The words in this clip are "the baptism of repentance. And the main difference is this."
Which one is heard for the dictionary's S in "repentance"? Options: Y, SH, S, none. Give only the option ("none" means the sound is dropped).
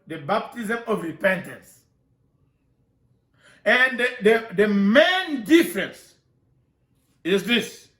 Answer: S